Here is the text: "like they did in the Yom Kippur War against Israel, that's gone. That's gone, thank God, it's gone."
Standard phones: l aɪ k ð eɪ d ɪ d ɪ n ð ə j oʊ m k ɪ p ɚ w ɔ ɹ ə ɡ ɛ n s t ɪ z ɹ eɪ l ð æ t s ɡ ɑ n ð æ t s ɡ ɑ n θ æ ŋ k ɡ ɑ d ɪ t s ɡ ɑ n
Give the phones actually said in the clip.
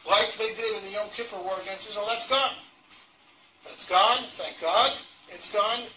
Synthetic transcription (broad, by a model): l aɪ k ð eɪ d ɪ d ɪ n ð ə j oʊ k ɪ p ɚ w ɔ ɹ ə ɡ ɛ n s ɪ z w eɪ l ð æ t s ɡ ɑ n ð æ t s ɡ ɑ n θ æ ŋ k ɡ ɑ d ɪ t s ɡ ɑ n